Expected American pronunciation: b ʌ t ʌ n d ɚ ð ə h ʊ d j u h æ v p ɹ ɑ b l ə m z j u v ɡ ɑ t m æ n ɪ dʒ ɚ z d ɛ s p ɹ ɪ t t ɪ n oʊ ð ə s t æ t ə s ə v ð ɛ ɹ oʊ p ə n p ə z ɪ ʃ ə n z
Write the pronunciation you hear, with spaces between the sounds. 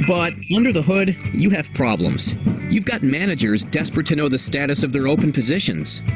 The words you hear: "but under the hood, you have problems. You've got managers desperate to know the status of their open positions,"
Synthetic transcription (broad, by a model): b ʌ t ʌ n d ɚ ð ə h ʊ d j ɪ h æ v p ɹ ɑ b l ə m z j u v ɡ ɑ t m æ n ɪ dʒ ɚ z d ɛ s p ɹ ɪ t t ɪ n oʊ ð ə s t æ t ə s ə v ð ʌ ɹ oʊ p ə n p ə z ɪ ʃ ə n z